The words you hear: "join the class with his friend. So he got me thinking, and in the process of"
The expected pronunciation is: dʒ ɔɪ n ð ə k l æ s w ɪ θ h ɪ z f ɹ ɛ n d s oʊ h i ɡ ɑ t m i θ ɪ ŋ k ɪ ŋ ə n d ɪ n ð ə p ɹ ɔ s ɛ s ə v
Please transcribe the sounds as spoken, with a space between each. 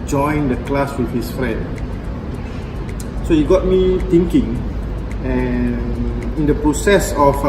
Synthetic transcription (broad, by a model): dʒ ɔɪ n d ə k l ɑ s w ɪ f h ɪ s f ɹ ɛ n d s oʊ h i ɡ ɑ t m i t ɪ ŋ k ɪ ŋ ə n ɪ n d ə p ɹ ɔ s ɛ s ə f